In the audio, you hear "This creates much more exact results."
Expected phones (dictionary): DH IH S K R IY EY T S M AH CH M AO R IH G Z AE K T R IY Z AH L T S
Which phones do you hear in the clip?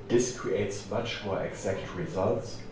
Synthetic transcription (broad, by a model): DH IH S K R IY EY T S M AH CH M AO R IH G Z AE K T R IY Z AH L T S